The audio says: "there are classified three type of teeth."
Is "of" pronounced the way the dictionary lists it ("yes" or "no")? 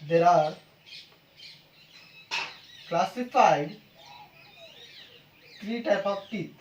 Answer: no